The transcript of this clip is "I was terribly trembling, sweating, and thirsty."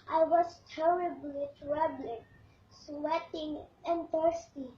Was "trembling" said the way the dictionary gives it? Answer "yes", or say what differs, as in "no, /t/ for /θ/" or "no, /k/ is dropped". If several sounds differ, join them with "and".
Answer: no, /m/ is dropped